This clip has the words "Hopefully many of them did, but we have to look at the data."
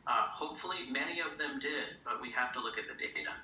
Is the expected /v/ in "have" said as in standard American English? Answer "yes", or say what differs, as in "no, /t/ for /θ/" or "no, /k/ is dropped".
no, /f/ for /v/